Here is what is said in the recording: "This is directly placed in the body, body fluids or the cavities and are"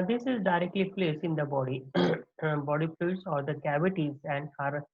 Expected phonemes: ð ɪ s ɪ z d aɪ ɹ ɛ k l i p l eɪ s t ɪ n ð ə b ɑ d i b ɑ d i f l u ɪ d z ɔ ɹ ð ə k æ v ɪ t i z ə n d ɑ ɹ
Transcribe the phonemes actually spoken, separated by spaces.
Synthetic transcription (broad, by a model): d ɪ s ɪ z d aɪ ɹ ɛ k l i p l eɪ s ɪ n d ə b ɑ d i b ɑ d i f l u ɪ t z ɔ ɹ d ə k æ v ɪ t i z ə n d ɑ ɹ